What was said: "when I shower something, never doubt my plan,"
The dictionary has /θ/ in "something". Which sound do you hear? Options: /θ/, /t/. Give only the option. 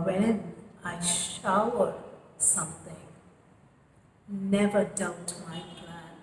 /θ/